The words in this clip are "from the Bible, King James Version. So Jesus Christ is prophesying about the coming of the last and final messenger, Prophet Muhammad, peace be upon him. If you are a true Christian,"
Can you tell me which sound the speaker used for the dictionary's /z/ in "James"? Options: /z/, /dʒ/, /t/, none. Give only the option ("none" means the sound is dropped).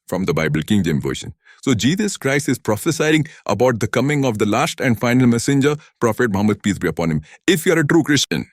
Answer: none